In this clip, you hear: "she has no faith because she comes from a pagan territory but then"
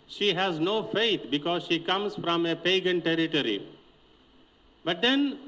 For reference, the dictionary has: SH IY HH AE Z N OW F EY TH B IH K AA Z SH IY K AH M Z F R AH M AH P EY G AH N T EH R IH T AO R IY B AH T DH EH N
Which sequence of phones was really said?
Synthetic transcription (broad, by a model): SH IY HH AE Z N OW F EY T B IH K AA Z SH IY K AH M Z F R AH M AH P EY G AH N T EH R IH T AO R IY B AH T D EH N